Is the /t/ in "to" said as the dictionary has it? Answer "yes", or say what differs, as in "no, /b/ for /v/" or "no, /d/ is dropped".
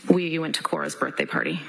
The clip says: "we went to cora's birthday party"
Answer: yes